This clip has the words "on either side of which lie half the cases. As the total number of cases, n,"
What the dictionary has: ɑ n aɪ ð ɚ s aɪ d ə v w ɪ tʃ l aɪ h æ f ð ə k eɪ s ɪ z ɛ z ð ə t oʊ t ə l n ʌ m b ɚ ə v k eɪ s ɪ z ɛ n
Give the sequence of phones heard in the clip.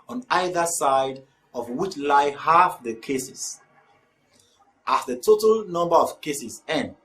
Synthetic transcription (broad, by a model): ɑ n aɪ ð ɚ s aɪ d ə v w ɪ tʃ l aɪ h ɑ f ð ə k eɪ s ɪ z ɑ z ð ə t oʊ t ə l n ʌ m b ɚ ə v k eɪ s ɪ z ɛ n